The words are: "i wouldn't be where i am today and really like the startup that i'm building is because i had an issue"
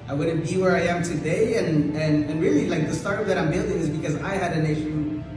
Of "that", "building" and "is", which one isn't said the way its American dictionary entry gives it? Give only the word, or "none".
none